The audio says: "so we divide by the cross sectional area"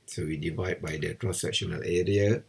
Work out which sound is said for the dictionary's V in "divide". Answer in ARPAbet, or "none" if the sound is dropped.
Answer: V